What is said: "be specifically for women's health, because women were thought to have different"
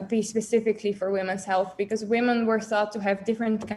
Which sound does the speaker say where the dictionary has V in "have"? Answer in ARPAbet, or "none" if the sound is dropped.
V